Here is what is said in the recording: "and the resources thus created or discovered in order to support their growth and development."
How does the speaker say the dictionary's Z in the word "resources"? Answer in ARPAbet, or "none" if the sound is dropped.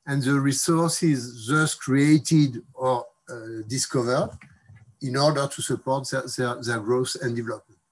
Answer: Z